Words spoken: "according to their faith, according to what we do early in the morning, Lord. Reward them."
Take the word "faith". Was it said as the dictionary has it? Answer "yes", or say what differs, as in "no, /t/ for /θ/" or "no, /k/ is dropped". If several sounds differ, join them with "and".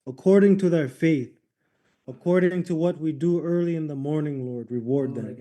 yes